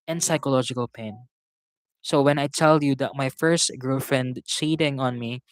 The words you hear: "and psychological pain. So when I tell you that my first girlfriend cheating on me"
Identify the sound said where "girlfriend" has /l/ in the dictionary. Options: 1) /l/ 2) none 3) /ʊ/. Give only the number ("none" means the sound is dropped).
2